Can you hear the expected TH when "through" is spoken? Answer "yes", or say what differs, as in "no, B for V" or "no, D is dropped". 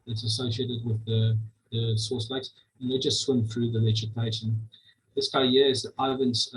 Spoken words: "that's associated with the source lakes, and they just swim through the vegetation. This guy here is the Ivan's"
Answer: yes